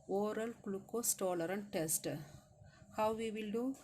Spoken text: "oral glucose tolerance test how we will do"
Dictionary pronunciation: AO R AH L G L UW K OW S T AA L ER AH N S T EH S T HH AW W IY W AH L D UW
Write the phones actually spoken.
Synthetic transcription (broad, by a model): AO R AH L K L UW K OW S T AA L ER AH N T EH S T HH AW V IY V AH L D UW